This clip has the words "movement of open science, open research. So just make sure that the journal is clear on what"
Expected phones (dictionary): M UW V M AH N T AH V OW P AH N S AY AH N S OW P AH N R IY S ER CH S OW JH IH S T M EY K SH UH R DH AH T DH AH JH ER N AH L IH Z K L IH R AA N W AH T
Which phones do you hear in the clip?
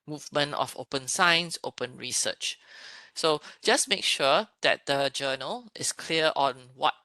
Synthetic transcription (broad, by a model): M UW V M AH N T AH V OW P AH N S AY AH N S OW P AH N R IY S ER CH S OW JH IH S M EY K SH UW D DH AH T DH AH JH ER N AH L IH S K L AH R AA N W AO T